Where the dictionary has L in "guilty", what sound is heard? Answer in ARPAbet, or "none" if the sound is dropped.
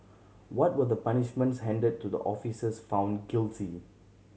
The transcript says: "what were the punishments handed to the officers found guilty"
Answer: L